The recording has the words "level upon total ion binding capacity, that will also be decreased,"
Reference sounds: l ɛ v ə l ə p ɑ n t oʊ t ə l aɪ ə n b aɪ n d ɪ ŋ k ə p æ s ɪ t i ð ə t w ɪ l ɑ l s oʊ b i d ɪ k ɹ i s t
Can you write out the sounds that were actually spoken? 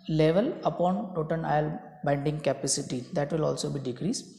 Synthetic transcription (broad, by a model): l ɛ v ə l ə p ɑ n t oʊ t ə n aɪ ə l b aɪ n d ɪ ŋ k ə p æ s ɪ t i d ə t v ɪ l ɑ l s oʊ b i d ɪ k ɹ i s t